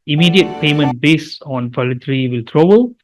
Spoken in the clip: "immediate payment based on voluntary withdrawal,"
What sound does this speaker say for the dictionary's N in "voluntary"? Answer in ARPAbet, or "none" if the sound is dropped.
none